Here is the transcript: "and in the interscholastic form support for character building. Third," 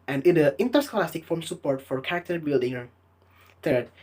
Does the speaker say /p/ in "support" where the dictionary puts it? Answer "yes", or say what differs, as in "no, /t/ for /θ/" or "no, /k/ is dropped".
yes